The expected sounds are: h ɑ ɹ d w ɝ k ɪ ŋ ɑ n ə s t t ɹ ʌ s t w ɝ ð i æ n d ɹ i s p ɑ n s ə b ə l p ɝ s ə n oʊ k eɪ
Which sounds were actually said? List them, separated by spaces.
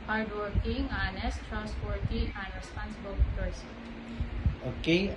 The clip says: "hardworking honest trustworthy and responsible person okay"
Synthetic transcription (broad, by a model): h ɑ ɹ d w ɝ k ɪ ŋ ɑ n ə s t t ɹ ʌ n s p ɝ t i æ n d ɹ i s p ɑ n s ə b ə l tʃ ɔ ə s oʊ k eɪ